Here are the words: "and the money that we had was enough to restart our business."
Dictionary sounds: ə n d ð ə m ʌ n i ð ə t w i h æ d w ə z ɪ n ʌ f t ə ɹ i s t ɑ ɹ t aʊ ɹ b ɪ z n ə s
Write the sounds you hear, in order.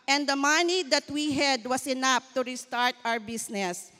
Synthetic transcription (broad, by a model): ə n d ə m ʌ n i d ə t w i h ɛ d w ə s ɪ n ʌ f t ə ɹ i s t ɑ ɹ t aʊ ɹ b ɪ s n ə s